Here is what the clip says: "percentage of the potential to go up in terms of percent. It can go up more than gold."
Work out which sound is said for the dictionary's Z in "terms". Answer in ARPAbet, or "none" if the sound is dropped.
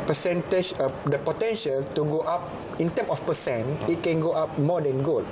none